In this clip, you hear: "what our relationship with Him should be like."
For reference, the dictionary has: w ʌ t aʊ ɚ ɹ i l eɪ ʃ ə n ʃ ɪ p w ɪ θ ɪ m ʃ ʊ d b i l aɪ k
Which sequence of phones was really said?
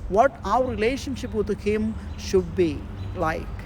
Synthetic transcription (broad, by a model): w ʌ t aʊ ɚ ɹ i l eɪ ʃ ə n ʃ ɪ p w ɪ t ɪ m ʃ ʊ d b i l aɪ k